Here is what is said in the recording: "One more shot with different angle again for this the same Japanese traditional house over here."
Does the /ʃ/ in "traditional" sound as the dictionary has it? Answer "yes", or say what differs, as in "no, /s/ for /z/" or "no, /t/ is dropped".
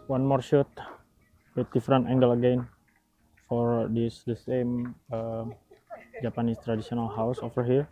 no, /s/ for /ʃ/